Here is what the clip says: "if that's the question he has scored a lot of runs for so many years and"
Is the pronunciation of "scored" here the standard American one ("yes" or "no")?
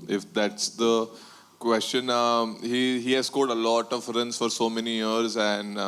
no